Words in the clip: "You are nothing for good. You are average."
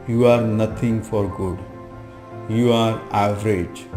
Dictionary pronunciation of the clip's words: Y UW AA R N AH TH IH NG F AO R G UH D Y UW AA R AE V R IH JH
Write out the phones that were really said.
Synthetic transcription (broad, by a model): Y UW AA R N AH T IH NG F AO R G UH D Y UW AA R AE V R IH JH